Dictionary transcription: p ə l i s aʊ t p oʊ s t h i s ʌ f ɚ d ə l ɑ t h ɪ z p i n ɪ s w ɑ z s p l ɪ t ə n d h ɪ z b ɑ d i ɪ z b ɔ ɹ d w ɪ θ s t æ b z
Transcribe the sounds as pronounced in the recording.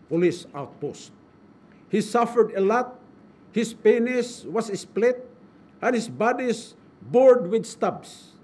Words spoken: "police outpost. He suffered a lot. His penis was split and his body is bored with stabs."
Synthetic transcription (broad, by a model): p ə l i s aʊ t p oʊ s t h i s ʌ f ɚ d ə l ɑ t h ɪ s p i n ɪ s w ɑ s s p l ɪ t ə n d h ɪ s b ɑ d i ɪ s b ɔ ɹ d w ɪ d s t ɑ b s